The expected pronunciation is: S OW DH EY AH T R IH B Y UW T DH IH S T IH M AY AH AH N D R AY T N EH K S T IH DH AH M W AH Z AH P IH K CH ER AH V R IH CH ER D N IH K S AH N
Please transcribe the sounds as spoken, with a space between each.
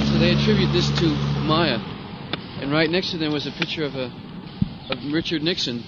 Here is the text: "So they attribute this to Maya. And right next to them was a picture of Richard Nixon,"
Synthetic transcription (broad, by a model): S OW DH EY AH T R IH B Y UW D DH IH S T IH M AY AH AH N R AY T N EH K S T IH DH AH M W AH Z AH P IH K CH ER AH V R IH CH ER D N IH K S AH N